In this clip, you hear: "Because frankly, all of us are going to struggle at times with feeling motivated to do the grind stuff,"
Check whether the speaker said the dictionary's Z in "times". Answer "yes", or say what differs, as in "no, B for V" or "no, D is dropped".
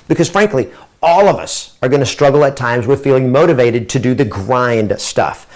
yes